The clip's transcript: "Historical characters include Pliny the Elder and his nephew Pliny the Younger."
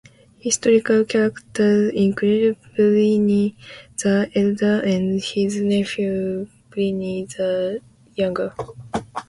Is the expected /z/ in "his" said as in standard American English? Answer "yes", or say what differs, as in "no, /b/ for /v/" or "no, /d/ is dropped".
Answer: yes